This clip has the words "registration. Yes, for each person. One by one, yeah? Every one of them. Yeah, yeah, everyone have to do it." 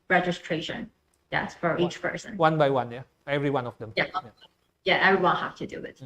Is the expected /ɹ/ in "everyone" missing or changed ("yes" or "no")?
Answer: no